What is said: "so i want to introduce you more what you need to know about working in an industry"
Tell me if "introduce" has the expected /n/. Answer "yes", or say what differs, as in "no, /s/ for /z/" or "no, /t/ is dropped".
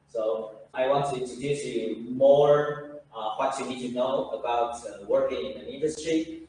no, /n/ is dropped